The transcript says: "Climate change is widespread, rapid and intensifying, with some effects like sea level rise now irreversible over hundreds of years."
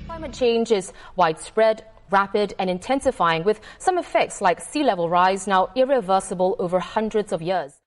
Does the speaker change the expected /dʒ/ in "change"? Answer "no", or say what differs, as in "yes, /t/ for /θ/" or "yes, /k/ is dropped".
no